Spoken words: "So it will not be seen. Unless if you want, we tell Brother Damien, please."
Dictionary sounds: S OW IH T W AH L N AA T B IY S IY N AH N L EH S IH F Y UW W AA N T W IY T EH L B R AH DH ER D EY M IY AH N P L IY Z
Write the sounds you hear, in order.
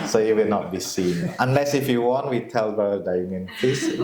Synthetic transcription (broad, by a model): S OW IH T W AH L N AA T B IY S IY N AH N L EH S IH F Y UW W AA N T W IY T EH L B AH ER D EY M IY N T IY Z